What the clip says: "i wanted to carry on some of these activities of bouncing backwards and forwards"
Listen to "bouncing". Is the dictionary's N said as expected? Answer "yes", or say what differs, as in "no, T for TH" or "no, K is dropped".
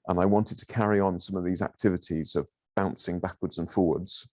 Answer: yes